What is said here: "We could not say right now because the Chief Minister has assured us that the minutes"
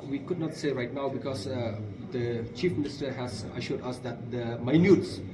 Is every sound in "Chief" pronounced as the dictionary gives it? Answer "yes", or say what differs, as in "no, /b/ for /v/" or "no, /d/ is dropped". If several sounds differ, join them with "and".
yes